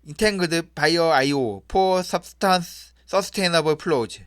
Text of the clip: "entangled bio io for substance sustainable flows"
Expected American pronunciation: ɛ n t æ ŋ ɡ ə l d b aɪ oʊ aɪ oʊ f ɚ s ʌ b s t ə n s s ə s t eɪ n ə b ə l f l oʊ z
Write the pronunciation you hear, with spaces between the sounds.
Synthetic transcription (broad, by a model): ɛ n t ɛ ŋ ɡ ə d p aɪ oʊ aɪ oʊ p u s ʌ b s t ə n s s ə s t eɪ n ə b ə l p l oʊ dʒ